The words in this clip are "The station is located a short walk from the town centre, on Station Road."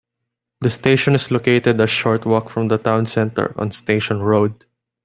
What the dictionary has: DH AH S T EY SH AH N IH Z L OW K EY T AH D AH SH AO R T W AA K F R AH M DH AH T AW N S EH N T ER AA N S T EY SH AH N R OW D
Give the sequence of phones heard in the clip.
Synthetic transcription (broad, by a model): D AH S T EY SH AH N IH S L OW K EY T AH D AH SH AO R T W AA K F R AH M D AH T AW N S EH N T ER AA N S T EY SH AH N R OW D